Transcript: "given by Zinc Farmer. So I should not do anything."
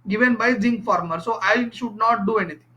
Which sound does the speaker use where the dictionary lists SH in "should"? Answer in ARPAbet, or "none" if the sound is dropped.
SH